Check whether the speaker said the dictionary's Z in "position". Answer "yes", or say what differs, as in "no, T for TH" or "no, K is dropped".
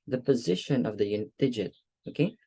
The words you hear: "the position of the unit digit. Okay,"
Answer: yes